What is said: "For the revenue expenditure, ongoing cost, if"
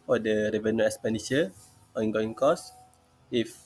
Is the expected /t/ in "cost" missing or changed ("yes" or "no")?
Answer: yes